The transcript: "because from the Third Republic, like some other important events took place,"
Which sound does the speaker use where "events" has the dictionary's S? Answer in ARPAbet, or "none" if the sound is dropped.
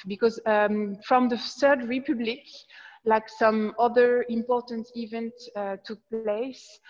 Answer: none